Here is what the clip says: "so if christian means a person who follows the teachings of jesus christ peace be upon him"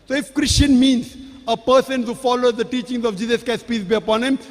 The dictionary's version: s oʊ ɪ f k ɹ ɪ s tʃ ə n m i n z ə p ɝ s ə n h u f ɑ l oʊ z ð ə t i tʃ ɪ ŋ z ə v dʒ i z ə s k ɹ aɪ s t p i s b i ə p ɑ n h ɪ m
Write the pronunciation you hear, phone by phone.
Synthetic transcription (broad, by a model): s oʊ ɪ f k ɹ ɪ s tʃ ə n m i n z ə p ɝ s ə n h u f ɑ l oʊ z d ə t i tʃ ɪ ŋ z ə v dʒ i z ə s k aɪ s p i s b i ə p ɑ n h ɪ m